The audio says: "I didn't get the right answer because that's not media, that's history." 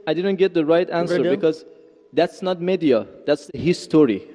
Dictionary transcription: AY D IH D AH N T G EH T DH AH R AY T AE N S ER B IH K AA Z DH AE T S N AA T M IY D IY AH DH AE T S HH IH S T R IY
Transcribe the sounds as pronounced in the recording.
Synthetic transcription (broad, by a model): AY D IH D AH N T G EH T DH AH R AY T AE N S ER B IH K AA Z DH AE T S N AA T M IY D IY AH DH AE T S HH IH S T R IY